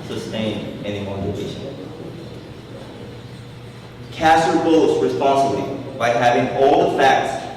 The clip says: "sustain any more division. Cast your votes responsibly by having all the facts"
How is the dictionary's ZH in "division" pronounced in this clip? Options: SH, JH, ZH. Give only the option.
SH